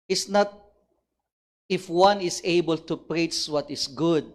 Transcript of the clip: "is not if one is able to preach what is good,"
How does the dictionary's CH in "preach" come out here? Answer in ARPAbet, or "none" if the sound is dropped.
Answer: S